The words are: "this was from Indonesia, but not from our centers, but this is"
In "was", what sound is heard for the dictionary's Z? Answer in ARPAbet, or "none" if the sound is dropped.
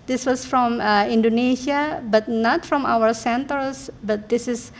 S